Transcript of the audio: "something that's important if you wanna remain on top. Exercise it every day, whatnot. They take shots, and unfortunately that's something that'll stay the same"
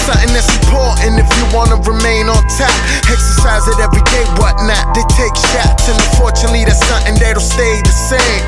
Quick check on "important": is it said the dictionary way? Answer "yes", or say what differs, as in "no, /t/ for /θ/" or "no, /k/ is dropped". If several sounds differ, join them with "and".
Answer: no, /m/ is dropped and /t/ is dropped